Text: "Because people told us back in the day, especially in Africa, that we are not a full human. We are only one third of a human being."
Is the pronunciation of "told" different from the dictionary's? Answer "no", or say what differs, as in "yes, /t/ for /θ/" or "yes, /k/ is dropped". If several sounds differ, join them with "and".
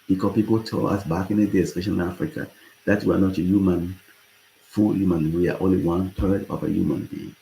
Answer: yes, /d/ is dropped